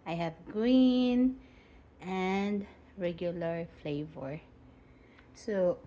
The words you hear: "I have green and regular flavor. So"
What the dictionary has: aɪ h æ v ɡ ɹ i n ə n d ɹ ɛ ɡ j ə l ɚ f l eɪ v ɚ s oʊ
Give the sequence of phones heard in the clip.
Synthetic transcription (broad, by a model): aɪ h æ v ɡ ɹ i n ə n d ɹ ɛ ɡ j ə l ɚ f l eɪ v ɚ s oʊ